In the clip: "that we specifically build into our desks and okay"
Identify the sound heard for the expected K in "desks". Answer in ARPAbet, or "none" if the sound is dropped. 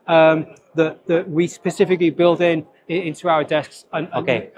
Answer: K